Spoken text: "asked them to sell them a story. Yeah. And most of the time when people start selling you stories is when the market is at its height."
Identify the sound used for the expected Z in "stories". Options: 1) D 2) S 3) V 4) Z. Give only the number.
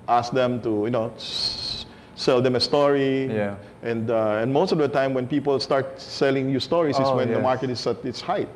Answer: 2